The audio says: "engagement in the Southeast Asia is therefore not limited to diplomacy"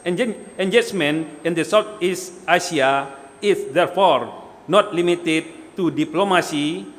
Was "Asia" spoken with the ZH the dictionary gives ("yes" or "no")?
no